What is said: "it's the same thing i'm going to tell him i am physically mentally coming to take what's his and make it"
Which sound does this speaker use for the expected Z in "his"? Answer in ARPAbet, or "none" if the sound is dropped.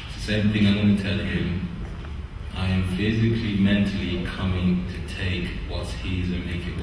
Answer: Z